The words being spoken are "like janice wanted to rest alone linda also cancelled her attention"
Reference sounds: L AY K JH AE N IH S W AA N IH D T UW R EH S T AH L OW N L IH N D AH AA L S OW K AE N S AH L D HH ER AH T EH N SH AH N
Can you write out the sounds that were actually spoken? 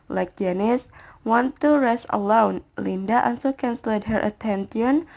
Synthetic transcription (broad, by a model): L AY K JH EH N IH S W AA N T UW R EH S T AH L OW N L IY N D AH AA N S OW K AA N S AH L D HH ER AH T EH N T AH N